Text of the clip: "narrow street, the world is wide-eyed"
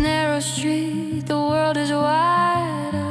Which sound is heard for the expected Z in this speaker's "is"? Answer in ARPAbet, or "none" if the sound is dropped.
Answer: Z